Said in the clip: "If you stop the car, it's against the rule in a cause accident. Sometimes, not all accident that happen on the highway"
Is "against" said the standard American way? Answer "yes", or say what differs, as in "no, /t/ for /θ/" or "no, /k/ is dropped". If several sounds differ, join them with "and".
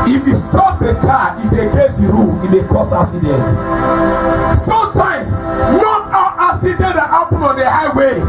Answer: no, /n/ is dropped